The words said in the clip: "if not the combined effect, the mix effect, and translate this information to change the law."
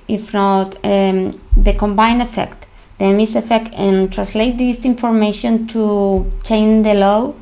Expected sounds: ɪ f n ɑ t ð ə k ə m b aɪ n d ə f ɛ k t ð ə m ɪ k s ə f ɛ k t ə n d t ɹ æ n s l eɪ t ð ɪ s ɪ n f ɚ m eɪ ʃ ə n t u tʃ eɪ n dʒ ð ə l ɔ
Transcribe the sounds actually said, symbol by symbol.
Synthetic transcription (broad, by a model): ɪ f n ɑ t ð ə k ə m b aɪ n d ə f ɛ k t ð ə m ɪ s ə f ɛ k t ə n t ɹ æ n s l eɪ t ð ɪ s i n f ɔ m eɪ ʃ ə n t u tʃ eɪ n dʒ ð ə l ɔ